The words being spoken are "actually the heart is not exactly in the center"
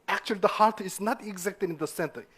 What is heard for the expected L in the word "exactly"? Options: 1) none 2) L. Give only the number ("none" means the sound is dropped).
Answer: 1